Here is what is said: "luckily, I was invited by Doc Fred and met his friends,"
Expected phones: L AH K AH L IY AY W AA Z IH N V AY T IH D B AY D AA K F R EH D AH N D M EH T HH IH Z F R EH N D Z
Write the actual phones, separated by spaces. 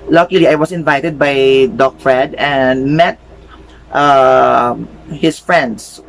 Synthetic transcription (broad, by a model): L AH K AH L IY AY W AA S IH N V AY T IH D B AY D AA K F R EH D AH N D M EH T HH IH S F R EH N D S